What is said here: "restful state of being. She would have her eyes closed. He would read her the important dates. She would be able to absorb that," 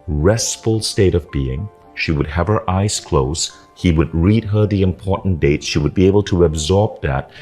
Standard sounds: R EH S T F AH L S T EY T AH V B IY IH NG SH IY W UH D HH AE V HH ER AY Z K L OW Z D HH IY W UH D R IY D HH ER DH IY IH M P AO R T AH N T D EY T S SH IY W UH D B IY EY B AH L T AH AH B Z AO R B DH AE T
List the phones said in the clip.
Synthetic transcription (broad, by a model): R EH S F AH L S T EY T AH V B IY IH NG SH IY W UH D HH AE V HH ER AY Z K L OW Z HH IY W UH D R IY D HH ER DH IY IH M P AO R T N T D EY T S SH IY W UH D B IY EY B AH L T AH AH B Z AO R B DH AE T